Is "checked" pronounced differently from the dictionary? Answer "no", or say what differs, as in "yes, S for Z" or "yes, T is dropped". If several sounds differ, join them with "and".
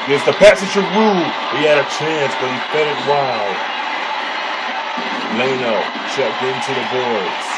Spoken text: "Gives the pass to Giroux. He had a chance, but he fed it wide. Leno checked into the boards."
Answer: yes, SH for CH